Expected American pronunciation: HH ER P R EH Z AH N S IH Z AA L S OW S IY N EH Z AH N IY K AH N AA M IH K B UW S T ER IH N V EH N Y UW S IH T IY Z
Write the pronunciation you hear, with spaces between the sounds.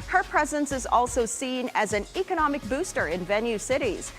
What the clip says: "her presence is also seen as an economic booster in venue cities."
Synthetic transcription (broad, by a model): HH ER P R EH Z AH N S IH Z AA L S OW S IY N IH Z AH N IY K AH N AA M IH K B UW S T ER IH N V EH N Y UW S IH T IY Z